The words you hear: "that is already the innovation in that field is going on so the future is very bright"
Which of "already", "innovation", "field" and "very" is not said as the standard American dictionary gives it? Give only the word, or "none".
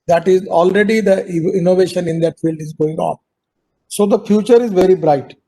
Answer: none